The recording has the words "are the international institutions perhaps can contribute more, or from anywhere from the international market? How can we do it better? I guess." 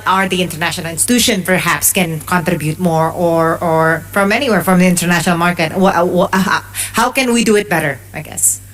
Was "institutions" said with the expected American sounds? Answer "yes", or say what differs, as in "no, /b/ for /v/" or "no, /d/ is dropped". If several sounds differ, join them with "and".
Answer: no, /z/ is dropped